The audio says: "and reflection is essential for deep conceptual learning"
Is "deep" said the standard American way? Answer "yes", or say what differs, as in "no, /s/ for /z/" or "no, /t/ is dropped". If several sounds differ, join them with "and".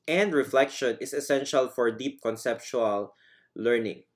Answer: yes